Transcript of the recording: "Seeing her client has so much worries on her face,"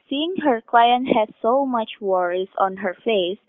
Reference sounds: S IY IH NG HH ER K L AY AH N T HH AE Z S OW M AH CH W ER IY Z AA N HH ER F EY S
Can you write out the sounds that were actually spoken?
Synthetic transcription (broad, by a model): S IY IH NG HH ER K L AY AH N T HH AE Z S OW M AH CH W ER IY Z AA N HH ER F EY S